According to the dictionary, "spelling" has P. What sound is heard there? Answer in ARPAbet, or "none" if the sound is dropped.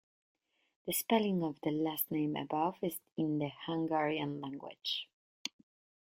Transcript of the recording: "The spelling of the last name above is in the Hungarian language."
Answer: P